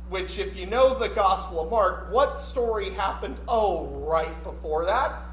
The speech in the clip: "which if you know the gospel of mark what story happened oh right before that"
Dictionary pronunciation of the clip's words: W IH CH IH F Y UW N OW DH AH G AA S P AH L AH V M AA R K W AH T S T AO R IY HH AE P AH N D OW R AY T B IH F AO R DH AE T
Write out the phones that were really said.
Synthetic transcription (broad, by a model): W IH CH IH F Y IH N OW DH AH G AA S P L AH V M AA R K W AH T S T AO R IY HH AE P AH N D OW R AY T B IH F AO R DH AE T